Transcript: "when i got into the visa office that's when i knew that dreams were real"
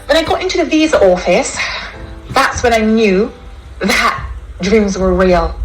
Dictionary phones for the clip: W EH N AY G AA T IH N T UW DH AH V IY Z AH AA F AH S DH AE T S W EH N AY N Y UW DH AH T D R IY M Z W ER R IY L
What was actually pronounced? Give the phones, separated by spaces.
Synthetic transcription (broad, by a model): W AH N AY G AA T IH N T UW DH AH V IY Z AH AA F AH S DH AE T S W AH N AY N Y UW DH AH T D R IY M Z W ER R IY L